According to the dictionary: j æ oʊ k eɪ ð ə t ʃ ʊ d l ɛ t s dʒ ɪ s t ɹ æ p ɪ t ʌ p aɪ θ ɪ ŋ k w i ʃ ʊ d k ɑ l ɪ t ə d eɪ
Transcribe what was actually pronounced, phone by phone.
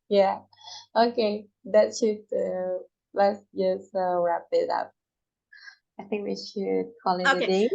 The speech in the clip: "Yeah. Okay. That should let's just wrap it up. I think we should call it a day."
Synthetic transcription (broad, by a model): j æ oʊ k eɪ ð ə t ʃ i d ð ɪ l s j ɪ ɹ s ɹ æ p ɪ t ʌ p aɪ θ ɪ ŋ k w i ʃ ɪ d k ɑ l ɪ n ə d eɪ